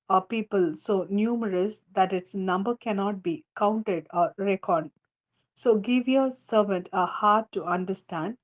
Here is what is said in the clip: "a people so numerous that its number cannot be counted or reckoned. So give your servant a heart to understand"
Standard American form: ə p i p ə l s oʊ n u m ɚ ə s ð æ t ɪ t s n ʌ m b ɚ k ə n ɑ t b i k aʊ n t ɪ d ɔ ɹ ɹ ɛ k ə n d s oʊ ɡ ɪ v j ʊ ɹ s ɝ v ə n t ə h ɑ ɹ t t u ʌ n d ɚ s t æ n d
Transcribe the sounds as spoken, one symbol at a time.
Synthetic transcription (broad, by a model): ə p i p ə l s oʊ n u m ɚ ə s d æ t ɪ t s n ʌ m b ɚ k ə n ɑ t b i k aʊ n t ɪ d ɔ ɹ ɹ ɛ k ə d s oʊ ɡ ɪ v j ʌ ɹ s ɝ v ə n t ə h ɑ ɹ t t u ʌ n d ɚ s t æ n d